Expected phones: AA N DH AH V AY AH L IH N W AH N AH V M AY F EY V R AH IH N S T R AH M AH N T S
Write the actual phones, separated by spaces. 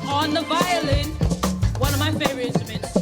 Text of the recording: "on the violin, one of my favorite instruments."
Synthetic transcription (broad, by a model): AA N DH AH V AY AH L IH N W AH N AH V M AY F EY R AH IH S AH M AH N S